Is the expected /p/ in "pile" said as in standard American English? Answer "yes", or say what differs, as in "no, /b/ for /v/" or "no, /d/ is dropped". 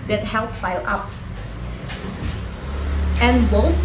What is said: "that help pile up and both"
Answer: no, /f/ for /p/